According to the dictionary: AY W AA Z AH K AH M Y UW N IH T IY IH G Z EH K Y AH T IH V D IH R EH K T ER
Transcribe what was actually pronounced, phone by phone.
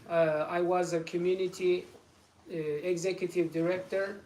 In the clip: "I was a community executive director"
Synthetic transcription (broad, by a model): AY W AA Z AH K AH M Y UW N IH T IY IH G Z EH K Y AH T IH V D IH R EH K T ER